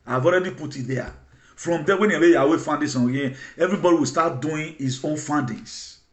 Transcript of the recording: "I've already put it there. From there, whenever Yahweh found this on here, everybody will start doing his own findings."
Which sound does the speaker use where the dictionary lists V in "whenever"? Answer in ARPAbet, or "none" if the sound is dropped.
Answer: W